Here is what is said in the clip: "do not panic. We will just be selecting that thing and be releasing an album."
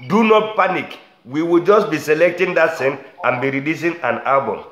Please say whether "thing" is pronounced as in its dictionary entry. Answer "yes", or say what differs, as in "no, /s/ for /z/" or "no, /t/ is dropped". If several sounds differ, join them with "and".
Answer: no, /s/ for /θ/